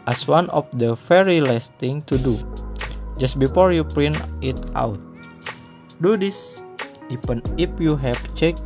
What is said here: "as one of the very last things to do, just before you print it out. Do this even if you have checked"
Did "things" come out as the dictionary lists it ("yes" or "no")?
no